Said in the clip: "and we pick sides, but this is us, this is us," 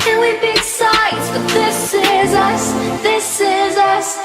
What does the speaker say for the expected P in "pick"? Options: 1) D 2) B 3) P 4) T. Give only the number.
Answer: 2